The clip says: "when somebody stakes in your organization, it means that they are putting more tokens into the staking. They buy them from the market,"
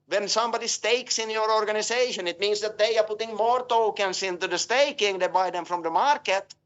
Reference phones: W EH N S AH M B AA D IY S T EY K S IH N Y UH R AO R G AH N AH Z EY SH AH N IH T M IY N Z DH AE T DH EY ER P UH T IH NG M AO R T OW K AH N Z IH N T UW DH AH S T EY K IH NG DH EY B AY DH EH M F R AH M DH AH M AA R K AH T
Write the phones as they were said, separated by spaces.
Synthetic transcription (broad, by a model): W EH N S AH M B AA D IY S T EY K S IH N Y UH R AO R G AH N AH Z EY SH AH N IH T M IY N S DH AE T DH EY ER P UH T IH NG M AO R T OW K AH N S IH N T UW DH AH S T EY K IH NG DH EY B AY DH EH M F R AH M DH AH M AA R K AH T